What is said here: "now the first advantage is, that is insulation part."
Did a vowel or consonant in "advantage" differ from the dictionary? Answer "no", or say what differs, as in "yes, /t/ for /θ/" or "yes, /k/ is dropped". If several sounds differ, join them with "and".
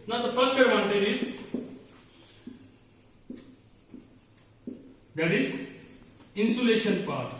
yes, /v/ is dropped